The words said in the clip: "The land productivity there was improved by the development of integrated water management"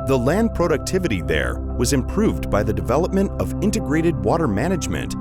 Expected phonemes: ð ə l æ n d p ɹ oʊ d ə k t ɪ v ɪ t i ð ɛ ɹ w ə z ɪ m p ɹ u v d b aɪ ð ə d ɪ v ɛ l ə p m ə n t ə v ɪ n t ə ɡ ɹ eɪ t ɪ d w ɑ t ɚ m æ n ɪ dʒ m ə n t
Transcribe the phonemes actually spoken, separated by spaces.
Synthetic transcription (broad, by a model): ð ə l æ n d p ɹ oʊ d ə k t ɪ v ɪ t i ð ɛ ɹ w ə z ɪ m p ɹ u v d b aɪ ð ə d ɪ v ɛ l ə p m ə n t ə v ɪ n t ə ɡ ɹ eɪ t ɪ d w ɑ t ɚ m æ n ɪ dʒ m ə n t